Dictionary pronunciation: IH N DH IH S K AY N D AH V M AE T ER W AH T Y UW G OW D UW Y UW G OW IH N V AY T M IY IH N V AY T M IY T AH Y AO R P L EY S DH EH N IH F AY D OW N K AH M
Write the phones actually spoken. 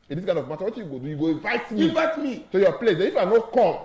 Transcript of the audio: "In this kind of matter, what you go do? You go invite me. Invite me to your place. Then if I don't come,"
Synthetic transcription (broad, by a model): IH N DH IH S K AY N D AH V M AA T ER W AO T Y UW G OW D UW Y UW G OW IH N V AY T M IY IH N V AY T M IY S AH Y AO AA P L EY S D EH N IH F AY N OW K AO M